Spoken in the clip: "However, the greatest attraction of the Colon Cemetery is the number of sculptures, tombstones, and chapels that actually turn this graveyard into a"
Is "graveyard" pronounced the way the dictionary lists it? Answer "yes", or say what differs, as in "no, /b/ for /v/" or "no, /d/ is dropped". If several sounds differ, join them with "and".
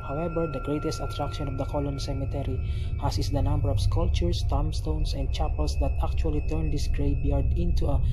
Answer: no, /b/ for /v/